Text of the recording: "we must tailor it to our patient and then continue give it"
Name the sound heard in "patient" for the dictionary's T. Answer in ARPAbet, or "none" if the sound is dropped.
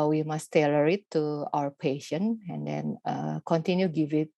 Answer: none